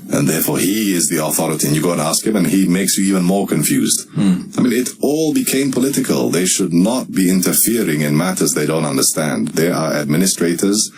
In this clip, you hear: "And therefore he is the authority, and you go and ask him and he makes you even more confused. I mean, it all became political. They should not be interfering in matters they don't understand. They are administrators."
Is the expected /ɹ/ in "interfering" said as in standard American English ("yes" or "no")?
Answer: yes